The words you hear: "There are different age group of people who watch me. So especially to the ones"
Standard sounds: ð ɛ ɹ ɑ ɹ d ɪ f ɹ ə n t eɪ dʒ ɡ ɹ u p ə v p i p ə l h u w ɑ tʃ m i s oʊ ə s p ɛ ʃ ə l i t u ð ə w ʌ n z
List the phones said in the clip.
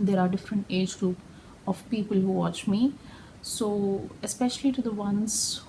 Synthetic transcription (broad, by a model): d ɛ ɹ ɑ ɹ d ɪ f ɹ ə n t eɪ dʒ ɡ ɹ u p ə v p i p ə l h u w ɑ tʃ m i s oʊ ə s p ɛ ʃ ə l i t u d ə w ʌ n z